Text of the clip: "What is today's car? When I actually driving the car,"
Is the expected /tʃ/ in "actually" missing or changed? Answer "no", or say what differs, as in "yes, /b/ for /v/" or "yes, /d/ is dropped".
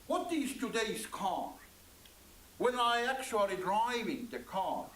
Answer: no